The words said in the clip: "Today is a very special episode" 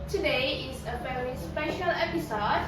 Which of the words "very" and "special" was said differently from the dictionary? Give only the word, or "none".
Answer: very